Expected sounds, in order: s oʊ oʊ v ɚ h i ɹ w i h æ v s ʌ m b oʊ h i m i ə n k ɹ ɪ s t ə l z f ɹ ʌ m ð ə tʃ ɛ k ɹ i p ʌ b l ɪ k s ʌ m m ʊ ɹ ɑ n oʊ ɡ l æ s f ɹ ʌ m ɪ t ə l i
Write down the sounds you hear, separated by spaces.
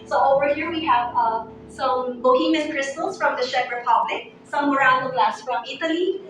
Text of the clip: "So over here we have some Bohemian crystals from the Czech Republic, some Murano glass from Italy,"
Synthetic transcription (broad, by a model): s oʊ oʊ v ɚ h i ɹ w i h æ v s ʌ m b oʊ h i m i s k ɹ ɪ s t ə l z f ɹ ʌ m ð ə ʃ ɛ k ɹ i p ʌ b l ɪ k s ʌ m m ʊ ɹ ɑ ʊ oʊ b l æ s f ɹ ʌ m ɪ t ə l i